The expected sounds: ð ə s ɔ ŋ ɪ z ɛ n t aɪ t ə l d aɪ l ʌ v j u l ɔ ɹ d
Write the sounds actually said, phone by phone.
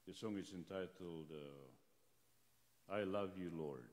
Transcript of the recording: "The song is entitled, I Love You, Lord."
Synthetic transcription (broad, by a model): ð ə s ɔ ŋ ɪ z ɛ n t aɪ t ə l d aɪ l ʌ v j u l ɔ ɹ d